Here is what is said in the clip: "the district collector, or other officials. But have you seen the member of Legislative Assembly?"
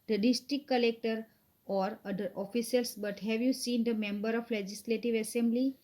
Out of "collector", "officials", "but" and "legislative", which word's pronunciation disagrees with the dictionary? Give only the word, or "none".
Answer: officials